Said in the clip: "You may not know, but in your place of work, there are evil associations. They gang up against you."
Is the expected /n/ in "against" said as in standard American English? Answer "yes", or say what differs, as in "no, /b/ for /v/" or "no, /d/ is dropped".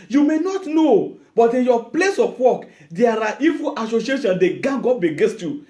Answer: no, /n/ is dropped